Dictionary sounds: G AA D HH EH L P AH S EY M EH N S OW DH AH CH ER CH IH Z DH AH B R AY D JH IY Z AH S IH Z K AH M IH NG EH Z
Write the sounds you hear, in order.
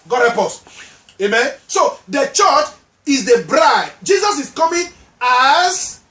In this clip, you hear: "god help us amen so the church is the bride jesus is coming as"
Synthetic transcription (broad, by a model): G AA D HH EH P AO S EY M EH N S OW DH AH CH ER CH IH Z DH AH B R AY D JH IY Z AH S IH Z K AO M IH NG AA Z